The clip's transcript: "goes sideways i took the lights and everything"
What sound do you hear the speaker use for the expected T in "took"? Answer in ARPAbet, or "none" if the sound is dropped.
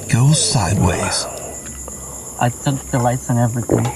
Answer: S